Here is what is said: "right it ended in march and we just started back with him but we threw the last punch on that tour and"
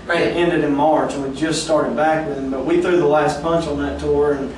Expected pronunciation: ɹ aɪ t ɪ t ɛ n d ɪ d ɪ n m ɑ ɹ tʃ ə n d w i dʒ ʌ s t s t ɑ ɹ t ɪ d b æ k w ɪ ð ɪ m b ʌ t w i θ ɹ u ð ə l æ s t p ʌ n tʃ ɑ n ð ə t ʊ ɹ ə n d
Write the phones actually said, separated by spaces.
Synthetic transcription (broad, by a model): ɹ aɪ ɪ t ɛ n d ɪ d ɪ n m ɑ ɹ tʃ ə n w i dʒ ʌ s t s t ɑ ɹ t ɪ d b æ k w ɪ ð ɪ m b ʌ t w i θ ɹ u ð ə l æ s t b ʌ n tʃ n ð ə t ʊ ɹ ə n